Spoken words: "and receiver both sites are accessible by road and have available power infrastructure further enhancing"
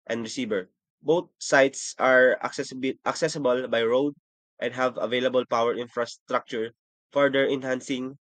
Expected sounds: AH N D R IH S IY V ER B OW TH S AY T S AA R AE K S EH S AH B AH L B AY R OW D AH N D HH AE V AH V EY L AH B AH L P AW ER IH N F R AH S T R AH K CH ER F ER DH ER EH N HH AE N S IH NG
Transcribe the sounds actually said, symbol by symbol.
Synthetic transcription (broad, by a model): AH N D R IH S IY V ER B OW T S AY T S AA R AE K S EH S AH B AH L B AY R OW D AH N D HH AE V AH V EY L AH B AH L P AW ER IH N F R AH S T R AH K CH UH F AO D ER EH N HH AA N S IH NG